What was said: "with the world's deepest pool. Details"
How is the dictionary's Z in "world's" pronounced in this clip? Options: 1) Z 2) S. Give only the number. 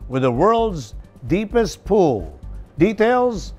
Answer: 1